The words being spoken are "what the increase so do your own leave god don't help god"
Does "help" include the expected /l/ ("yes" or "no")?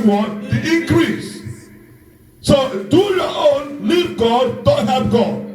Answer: no